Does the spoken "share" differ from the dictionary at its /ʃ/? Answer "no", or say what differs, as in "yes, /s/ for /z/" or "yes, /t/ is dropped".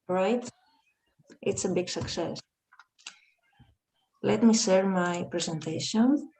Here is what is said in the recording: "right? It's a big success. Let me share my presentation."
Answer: yes, /s/ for /ʃ/